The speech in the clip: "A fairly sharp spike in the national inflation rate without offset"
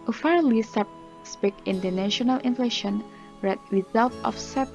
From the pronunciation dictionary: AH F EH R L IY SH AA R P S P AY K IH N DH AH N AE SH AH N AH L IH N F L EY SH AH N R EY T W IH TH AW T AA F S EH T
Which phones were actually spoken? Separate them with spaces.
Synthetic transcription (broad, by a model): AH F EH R L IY S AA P S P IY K IH N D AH N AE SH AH N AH L IH N F L EY SH AH N R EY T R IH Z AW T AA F S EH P